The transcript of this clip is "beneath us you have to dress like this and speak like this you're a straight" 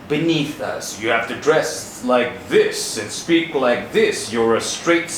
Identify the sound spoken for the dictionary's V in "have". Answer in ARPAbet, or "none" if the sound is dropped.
F